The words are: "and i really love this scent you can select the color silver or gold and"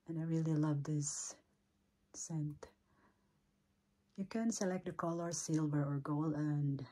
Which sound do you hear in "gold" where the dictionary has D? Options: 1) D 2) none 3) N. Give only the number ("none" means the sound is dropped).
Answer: 2